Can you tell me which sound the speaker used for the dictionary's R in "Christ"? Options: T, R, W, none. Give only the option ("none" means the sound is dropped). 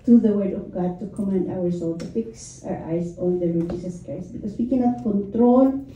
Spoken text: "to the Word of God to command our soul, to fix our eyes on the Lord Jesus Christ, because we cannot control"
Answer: none